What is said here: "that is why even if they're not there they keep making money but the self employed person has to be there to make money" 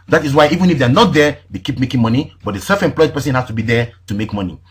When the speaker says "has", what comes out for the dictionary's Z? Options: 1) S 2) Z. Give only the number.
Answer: 1